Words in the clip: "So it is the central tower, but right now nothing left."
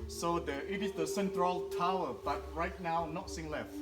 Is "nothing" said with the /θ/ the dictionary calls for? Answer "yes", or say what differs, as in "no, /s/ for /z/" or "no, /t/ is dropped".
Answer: no, /s/ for /θ/